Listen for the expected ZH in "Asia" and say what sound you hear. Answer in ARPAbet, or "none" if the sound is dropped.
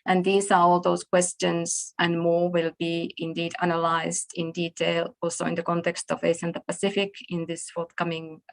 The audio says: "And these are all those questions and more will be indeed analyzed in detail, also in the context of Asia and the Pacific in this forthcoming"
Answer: S